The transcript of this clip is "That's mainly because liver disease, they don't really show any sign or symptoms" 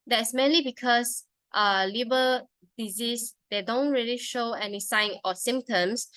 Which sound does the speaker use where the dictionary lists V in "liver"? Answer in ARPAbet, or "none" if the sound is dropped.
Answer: B